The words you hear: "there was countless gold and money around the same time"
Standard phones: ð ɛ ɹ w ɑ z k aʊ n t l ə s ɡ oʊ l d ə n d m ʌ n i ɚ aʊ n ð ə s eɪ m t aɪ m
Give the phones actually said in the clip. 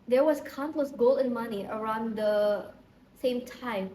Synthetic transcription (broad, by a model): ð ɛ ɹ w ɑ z k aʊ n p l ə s ɡ oʊ l ə n m ʌ n i ɚ aʊ n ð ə s eɪ m t aɪ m